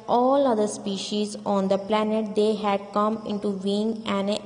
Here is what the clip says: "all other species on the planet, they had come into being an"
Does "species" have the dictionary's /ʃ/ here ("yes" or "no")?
yes